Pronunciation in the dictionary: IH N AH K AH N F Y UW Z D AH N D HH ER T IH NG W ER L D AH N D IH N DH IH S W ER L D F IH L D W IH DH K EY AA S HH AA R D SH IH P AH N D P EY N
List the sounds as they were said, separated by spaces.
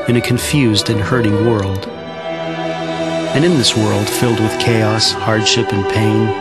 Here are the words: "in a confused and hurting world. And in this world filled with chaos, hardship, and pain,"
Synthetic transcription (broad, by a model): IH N AH K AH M F Y UW Z D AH N HH ER T IH NG W ER L D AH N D IH N DH IH S W ER L D F IH L D W IH DH K EY AA S HH AA R D SH IH P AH N P EY N